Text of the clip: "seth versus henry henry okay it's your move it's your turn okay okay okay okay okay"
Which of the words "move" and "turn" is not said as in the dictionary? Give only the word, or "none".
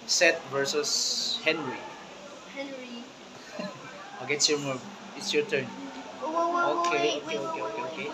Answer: move